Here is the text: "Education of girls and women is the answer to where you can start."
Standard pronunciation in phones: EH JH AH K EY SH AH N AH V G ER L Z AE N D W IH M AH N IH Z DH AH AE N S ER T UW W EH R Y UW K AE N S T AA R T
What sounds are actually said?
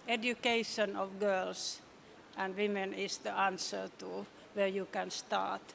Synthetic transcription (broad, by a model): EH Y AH K EY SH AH N AH V G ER L S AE N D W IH M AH N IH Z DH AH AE N S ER T UW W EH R Y UW K AE N S T AA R T